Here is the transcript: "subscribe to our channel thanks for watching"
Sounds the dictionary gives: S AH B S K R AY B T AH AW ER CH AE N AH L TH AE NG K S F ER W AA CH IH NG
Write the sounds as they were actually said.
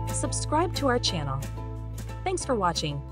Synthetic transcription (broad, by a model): S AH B S K R AY B T AH AW ER CH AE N L TH AE NG K S F ER W AA CH IH NG